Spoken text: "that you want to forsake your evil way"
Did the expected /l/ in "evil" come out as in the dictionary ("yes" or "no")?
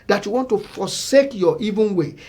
no